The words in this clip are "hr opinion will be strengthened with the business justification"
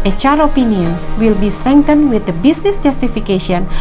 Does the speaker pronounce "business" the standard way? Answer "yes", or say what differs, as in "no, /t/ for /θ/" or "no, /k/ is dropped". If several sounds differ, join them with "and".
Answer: no, /s/ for /z/